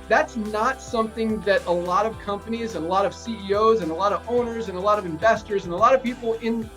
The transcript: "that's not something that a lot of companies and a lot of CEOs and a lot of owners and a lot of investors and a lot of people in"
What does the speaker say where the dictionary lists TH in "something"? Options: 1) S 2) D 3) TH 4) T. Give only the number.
3